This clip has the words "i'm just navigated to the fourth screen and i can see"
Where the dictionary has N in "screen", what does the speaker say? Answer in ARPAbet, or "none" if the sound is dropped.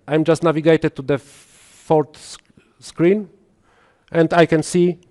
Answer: N